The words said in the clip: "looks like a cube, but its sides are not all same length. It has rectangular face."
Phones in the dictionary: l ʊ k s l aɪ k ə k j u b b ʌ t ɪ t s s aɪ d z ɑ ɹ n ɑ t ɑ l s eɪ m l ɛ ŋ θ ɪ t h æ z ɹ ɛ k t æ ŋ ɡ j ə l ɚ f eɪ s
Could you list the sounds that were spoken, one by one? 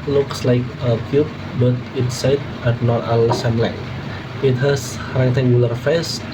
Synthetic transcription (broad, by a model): l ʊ k s l aɪ k ə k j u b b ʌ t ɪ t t s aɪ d ɑ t n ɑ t ɑ l s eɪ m l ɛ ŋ ɪ t h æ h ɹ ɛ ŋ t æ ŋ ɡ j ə l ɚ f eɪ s